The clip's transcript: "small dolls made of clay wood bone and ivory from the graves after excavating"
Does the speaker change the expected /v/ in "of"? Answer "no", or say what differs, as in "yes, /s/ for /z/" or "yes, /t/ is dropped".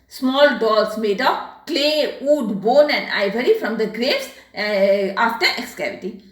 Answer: yes, /p/ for /v/